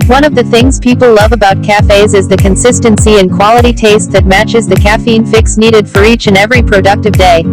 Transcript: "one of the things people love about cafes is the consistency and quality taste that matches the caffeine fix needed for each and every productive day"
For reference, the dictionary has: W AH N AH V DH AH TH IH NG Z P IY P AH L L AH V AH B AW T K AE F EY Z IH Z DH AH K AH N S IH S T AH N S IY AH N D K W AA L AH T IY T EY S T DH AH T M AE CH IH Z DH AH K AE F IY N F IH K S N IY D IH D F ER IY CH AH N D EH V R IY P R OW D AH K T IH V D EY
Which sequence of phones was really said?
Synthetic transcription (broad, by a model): W AH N AH V DH AH TH IH NG Z P IY P L L AH V AH B AW T K AE F EY Z IH Z DH AH K AH N S IH S T AH N S IY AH N K W AA L AH T IY T EY S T DH AH T M AE CH IH Z DH AH K AE F IY N F IH K S N IY D IH D F ER IY CH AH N EH V R IY P R OW D AH K T IH V D EY